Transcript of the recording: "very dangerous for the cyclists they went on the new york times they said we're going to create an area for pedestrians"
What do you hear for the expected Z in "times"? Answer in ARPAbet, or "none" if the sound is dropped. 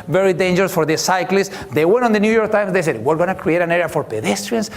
S